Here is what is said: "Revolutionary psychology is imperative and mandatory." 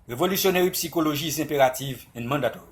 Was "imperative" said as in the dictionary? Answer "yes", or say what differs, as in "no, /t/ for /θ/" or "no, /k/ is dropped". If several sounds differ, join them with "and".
no, /m/ is dropped